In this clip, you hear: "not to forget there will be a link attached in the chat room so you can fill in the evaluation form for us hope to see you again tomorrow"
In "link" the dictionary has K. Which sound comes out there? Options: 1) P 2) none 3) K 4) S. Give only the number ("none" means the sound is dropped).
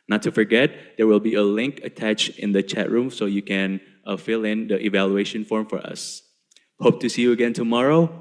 3